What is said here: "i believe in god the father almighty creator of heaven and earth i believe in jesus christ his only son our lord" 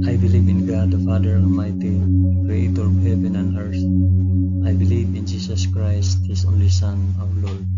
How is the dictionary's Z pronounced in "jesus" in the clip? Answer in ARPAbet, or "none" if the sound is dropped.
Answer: S